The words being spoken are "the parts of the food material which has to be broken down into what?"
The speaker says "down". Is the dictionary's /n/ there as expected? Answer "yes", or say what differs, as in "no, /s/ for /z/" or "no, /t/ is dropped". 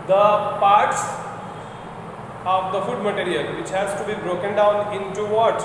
yes